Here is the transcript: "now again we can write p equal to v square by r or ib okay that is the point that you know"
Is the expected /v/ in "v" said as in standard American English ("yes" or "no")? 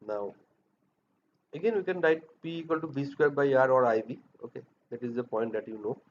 no